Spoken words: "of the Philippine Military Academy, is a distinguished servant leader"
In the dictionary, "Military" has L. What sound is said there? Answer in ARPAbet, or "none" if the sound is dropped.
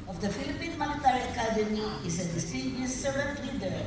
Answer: N